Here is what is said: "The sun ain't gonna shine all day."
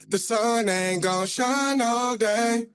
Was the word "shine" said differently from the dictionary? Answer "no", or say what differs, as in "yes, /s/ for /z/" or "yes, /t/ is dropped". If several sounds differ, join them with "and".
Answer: no